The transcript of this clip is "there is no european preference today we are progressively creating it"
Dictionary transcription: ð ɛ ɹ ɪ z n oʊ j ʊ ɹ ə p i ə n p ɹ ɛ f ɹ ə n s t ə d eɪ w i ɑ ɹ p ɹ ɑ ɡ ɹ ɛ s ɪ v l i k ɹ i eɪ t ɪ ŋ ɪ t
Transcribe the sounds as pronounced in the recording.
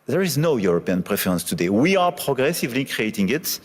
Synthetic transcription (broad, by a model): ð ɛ ɹ ɪ z n oʊ j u ɹ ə p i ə n p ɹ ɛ f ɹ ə n s t ə d eɪ w i ɑ ɹ p ɹ ɑ ɡ ɹ ɛ s ɪ v l i k ɹ i eɪ t ɪ ŋ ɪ t